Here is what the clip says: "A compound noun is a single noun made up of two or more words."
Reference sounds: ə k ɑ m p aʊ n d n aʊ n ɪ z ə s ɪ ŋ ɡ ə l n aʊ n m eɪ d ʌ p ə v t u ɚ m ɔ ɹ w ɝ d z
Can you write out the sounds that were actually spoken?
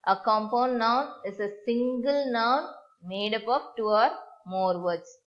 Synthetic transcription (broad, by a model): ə k ɑ m p aʊ n d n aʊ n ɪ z ə s ɪ ŋ ɡ ə l n aʊ n m eɪ d ʌ p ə p t u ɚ m ɔ ɹ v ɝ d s